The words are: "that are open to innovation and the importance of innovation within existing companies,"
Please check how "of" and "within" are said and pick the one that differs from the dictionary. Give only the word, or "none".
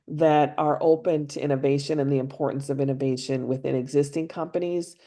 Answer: none